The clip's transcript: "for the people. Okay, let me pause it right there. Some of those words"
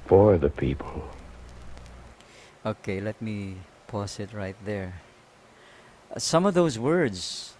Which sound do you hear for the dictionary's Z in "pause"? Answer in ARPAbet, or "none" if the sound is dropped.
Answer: S